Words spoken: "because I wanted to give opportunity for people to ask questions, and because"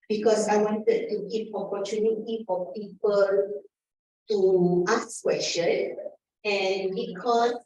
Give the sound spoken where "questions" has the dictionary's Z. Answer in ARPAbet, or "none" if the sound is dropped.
none